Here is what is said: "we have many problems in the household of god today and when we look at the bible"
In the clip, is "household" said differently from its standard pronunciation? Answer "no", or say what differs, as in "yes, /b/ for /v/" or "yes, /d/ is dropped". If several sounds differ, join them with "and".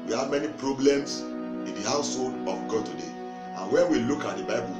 no